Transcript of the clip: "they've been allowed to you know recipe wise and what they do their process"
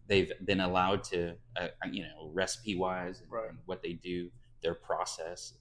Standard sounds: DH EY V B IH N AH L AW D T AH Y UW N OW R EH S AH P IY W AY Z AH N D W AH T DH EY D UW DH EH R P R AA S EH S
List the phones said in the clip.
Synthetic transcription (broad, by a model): DH EY V B IH N AH L AW D T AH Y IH N OW R EH S AH P IY W AY Z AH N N W AH T DH EY D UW DH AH R P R AA S EH S